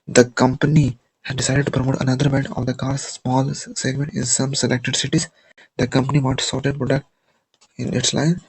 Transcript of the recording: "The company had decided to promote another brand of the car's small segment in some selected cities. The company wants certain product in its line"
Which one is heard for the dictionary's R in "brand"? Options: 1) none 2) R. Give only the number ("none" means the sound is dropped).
1